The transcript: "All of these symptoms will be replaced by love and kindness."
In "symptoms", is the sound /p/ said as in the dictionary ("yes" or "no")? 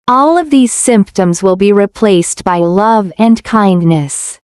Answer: yes